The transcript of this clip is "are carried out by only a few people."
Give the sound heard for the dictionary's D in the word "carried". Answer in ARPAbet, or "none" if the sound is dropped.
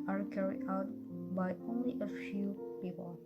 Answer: none